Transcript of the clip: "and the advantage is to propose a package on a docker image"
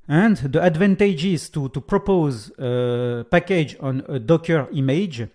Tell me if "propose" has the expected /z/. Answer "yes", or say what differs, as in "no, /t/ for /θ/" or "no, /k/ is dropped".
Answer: yes